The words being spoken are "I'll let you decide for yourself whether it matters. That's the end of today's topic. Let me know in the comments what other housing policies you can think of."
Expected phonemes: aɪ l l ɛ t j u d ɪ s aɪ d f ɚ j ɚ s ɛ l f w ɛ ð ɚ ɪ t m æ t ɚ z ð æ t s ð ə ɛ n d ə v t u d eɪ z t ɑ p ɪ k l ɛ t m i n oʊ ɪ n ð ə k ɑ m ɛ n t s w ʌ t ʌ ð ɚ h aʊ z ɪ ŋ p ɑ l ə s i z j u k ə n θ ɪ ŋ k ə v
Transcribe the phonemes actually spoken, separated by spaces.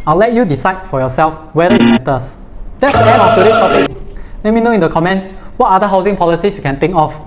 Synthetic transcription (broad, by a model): aɪ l l ɛ t j u d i s aɪ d f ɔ j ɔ s ɛ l f w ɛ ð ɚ ɪ t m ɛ t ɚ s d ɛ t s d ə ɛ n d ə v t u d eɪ s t ɑ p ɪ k l ɛ t m i n oʊ ɪ n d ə k ɑ m ɛ n t s w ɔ t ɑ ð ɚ h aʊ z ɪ ŋ p ɑ l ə s i s j u k ə n t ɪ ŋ k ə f